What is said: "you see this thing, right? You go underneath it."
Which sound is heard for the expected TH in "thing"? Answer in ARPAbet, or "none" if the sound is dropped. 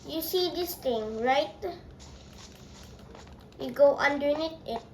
T